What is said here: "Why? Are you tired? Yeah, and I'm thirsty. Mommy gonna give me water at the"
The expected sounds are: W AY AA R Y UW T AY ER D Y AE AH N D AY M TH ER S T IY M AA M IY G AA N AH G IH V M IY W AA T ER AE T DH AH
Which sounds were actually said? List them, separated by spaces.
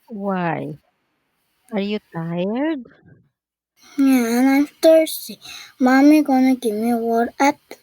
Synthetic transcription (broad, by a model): W AY AA R Y UW T AY ER D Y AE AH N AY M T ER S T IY M AA M IY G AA N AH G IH M IY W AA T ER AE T